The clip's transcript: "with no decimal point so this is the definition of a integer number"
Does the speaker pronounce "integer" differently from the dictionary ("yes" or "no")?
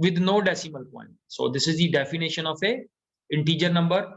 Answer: no